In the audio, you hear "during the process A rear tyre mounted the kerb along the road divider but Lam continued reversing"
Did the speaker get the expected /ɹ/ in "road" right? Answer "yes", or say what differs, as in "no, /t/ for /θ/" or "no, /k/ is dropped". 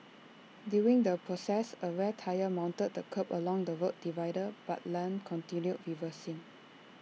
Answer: no, /w/ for /ɹ/